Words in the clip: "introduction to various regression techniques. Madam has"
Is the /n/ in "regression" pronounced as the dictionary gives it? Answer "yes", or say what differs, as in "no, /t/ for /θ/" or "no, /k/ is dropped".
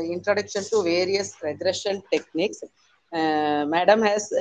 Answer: no, /l/ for /n/